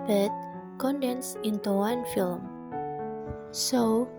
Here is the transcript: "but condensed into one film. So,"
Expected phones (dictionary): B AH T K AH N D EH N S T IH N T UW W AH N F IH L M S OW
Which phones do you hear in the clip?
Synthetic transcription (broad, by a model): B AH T K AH N D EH N S IH N T UW W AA N F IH L M S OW